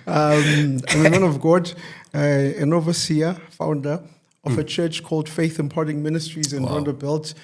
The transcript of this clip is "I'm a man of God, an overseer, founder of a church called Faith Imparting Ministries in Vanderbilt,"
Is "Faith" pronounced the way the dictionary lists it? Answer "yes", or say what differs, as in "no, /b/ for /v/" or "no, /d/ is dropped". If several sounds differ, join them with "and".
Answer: yes